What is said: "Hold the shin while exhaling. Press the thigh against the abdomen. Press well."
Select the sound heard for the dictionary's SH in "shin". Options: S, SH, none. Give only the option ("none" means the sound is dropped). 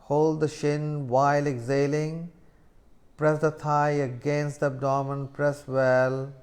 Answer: SH